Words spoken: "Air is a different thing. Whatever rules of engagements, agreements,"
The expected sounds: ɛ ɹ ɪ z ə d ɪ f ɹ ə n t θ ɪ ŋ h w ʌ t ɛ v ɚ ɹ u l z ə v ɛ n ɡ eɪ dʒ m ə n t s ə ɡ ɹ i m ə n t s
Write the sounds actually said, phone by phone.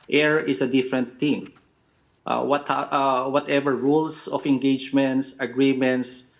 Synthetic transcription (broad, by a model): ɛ ɹ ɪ s ə d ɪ f ɹ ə n t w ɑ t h w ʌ t ɛ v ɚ ɹ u l s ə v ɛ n ɡ eɪ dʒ m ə n t s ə ɡ ɹ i m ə n t s